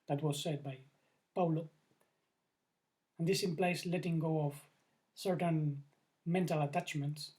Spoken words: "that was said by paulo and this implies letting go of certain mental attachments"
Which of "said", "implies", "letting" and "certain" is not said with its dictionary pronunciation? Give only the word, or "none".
implies